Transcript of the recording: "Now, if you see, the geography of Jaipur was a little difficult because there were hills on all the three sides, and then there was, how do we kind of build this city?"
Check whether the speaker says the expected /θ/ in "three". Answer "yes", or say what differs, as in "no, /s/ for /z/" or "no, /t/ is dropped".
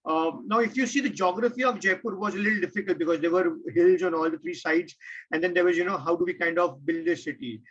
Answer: no, /t/ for /θ/